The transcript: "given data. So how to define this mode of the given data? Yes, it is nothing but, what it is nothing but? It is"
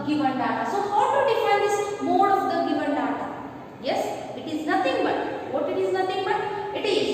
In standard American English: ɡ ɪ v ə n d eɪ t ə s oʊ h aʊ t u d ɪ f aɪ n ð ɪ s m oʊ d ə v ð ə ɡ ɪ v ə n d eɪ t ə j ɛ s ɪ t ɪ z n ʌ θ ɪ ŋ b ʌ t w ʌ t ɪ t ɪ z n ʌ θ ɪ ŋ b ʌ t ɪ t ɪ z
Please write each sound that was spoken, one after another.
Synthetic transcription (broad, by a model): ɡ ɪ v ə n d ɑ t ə s oʊ h aʊ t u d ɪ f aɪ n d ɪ s m oʊ d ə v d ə ɡ ɪ v ə n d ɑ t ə j ɛ s ɪ t ɪ z n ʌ t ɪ ŋ b ʌ t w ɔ t ɪ t ɪ z n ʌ t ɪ ŋ b ʌ t ɪ t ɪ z